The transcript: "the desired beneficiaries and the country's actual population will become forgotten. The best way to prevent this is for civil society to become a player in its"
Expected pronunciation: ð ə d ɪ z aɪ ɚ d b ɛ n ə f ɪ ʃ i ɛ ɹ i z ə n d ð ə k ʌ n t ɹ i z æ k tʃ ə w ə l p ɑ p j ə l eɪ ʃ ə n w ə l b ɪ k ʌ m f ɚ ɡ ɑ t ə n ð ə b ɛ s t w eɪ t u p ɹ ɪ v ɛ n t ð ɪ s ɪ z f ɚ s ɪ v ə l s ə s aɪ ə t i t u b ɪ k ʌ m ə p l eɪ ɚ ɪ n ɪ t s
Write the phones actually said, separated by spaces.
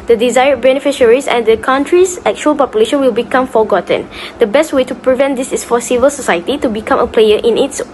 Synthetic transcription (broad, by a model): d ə d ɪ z aɪ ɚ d b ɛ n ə f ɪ ʃ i ɹ i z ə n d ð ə k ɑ n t ɹ i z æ k tʃ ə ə l p ɑ p j ə l eɪ ʃ ə n w ə l b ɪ k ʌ m f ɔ ɡ ɑ t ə n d ə b ɛ s t w eɪ t u p ɹ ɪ v ɛ n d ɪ s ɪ s f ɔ s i v ə l s ə s aɪ ə t i t u b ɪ k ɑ m ə p l eɪ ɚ ɪ n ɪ t s